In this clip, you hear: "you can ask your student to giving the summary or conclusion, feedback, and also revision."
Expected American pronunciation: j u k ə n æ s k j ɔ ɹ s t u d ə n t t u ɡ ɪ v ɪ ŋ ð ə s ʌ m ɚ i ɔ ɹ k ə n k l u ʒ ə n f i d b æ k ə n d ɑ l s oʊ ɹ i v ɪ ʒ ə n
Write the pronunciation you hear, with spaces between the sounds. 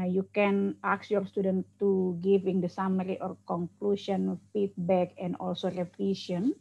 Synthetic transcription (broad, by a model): j u k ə n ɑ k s j ɔ ɹ s t u d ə n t t u ɡ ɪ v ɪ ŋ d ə s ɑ m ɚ i ɔ ɹ k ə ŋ k l u ʃ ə n f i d b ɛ k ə n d ɑ l s oʊ ɹ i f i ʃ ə n